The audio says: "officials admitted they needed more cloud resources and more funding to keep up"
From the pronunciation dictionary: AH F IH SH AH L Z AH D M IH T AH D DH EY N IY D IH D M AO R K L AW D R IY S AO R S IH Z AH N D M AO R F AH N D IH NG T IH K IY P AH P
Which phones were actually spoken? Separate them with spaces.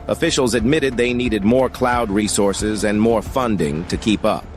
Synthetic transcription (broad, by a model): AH F IH SH L Z AH D M IH T AH D DH EY N IY D IH D M AO R K L AW D R IY S AO R S IH Z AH N M AO R F AH N D IH NG T IH K IY P AH P